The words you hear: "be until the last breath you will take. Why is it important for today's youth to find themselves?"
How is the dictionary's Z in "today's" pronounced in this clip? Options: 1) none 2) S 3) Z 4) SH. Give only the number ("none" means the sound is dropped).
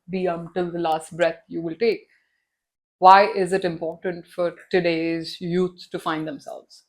3